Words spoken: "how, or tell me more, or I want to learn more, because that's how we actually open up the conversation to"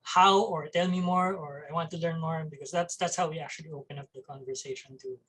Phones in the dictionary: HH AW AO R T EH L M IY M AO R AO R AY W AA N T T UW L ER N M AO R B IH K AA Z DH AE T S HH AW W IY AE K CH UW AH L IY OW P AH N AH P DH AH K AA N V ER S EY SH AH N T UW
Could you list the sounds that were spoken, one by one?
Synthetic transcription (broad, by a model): HH AW AO R T EH L M IY M AO R AO R AY W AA N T T UW L ER N M AO R B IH K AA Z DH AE T S HH AW W IY AE K CH UW AH L IY OW P AH N AH P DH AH K AA N V ER S EY SH AH N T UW